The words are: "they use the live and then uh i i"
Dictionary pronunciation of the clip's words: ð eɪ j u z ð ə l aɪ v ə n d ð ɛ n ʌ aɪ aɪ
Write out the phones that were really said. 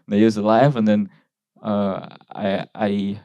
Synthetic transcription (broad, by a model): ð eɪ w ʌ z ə l aɪ v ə n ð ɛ n ʌ aɪ aɪ